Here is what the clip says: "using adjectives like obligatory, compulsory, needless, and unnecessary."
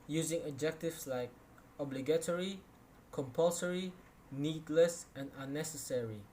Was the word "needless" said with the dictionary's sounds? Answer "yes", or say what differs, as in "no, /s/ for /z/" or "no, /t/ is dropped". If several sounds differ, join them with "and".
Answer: yes